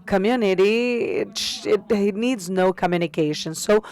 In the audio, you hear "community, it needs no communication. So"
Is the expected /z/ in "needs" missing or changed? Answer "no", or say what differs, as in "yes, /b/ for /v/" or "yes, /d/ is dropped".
no